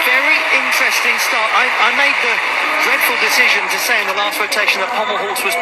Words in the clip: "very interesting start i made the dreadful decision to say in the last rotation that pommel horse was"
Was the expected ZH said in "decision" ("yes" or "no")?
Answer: yes